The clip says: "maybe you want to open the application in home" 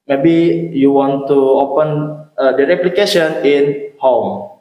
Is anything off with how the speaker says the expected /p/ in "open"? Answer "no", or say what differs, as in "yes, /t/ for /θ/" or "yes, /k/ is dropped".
no